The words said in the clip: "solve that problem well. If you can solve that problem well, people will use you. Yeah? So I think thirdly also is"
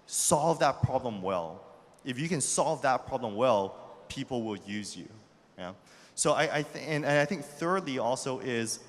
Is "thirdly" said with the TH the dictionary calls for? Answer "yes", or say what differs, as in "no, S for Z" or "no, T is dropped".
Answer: yes